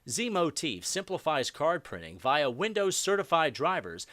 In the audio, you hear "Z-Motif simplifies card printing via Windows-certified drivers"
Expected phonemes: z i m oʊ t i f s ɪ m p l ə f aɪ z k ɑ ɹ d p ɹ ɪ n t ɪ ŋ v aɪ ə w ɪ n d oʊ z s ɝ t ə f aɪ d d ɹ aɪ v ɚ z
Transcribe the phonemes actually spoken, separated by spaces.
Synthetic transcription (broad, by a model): z i m oʊ t i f s ɪ m p l ə f aɪ z k ɑ ɹ d p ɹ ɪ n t ɪ ŋ v aɪ ə w ɪ n d oʊ z s ɝ t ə f aɪ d d ɹ aɪ v ɚ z